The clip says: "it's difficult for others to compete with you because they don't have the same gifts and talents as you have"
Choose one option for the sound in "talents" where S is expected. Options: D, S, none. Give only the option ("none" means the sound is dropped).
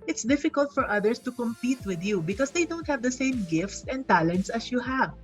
S